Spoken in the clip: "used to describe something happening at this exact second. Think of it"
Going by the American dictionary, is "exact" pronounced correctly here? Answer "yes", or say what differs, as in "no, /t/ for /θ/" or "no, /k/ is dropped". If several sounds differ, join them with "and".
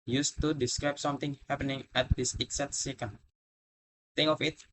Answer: no, /k/ is dropped